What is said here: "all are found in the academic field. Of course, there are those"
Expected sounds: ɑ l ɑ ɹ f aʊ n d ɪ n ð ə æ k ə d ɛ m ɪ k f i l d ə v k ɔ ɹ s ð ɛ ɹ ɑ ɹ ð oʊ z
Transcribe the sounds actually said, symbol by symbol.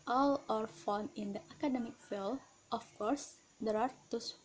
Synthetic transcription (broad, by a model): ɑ l ɑ ɹ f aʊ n ɪ n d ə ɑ k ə d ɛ m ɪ k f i l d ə f k ɔ ɹ s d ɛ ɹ ɑ ɹ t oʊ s